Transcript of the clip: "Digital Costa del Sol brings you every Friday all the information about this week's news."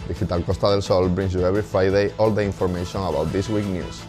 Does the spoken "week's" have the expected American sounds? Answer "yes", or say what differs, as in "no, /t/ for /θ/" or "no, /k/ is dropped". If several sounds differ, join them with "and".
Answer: no, /s/ is dropped